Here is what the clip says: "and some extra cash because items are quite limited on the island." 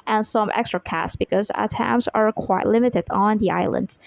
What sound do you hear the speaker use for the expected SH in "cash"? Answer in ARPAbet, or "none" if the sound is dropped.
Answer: S